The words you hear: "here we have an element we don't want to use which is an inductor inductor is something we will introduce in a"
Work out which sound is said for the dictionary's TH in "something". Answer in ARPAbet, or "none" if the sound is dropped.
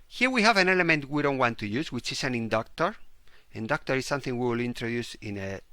TH